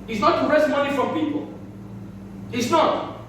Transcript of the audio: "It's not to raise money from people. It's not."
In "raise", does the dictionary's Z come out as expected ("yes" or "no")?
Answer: no